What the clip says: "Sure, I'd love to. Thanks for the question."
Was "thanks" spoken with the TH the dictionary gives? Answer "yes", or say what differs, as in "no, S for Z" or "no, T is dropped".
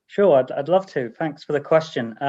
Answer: yes